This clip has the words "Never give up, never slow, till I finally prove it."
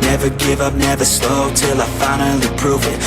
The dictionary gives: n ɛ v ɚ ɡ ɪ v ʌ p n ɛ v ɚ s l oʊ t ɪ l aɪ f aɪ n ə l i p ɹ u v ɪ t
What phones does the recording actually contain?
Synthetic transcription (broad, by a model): n ɛ v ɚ ɡ ɪ v ʌ p n ɛ v ɚ s l oʊ t ɪ l aɪ f aɪ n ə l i p ɹ u v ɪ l